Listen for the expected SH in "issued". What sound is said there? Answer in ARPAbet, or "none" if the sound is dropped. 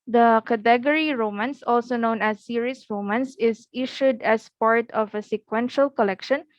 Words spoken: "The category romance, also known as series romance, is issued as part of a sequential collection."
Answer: SH